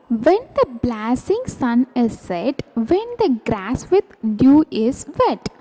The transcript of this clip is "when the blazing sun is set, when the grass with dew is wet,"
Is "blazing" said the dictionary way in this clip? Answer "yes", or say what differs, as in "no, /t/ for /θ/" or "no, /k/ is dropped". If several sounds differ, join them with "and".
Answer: no, /s/ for /z/